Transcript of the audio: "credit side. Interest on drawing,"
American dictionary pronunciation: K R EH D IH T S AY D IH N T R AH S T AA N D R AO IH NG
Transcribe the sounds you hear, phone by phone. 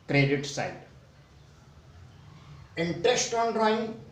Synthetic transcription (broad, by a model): K R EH D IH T S AY D IH N T R AH S T AA N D R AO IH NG